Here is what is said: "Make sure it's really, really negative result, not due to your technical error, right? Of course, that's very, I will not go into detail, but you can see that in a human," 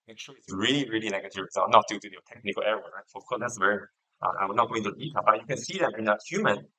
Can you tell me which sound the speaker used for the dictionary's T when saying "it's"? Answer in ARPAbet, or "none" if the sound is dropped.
S